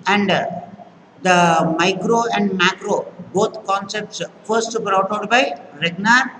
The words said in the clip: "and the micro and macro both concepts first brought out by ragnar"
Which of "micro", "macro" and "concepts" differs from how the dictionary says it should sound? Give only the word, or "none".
none